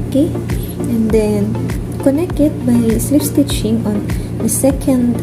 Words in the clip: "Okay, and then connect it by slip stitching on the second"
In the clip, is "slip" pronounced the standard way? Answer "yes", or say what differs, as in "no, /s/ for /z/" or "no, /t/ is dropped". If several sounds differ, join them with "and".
no, /f/ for /p/